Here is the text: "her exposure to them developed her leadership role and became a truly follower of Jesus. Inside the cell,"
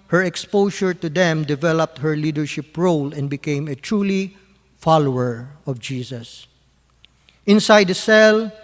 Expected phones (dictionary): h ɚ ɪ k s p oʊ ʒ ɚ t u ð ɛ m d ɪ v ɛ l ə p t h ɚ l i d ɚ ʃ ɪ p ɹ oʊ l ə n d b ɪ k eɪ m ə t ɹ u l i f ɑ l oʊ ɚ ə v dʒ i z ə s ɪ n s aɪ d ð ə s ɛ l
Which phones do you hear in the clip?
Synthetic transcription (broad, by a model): h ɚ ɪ k s p oʊ ʃ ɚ t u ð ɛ m d ɪ v ɛ l ə p t h ɚ l i d ɚ ʃ ɪ p ɹ oʊ l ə n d b ɪ k eɪ m ə t ɹ u l i f ɑ l oʊ ɚ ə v dʒ i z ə s ɪ n s aɪ d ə s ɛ l